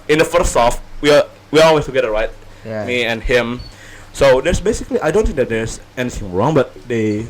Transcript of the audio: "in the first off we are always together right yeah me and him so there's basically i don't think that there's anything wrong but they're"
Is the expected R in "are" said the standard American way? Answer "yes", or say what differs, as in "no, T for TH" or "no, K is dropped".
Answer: no, W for R